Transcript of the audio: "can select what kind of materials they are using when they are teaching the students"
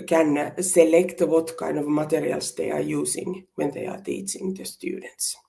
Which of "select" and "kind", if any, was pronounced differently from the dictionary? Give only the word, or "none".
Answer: kind